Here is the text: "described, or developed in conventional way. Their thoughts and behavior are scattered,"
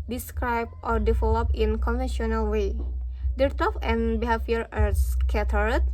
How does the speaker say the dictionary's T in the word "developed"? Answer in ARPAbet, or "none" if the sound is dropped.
none